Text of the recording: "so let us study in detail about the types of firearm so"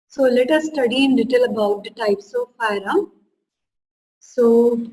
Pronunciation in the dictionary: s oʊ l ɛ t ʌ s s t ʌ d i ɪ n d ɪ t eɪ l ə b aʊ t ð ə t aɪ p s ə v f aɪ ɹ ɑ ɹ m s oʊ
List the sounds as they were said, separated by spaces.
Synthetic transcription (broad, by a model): s oʊ l ɛ t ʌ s s t ʌ d i ɪ n d ɪ t eɪ l ə b aʊ t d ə t aɪ p s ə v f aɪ ɹ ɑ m s oʊ